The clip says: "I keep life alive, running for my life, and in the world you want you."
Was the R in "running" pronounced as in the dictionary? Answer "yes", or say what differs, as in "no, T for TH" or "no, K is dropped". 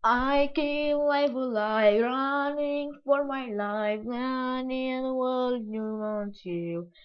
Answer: yes